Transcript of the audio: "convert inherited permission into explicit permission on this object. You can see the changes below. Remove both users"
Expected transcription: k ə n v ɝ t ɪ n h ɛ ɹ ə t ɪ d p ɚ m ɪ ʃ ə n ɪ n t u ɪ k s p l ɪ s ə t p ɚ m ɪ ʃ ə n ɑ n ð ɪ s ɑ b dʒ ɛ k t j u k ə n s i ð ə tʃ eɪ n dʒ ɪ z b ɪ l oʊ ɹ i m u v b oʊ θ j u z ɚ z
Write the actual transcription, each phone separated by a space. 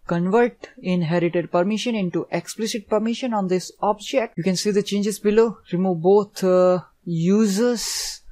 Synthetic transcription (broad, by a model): k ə n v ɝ t ɪ n h ɛ ɹ ə t ɪ d p ɚ m ɪ ʃ ə n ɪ n t u ɪ k s p l ɪ s ə t p ɚ m ɪ ʃ ə n ɑ n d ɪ s ɑ b dʒ ɛ k t j u k ə n s i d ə tʃ eɪ n dʒ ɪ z b ɪ l oʊ ɹ i m u v b oʊ t j u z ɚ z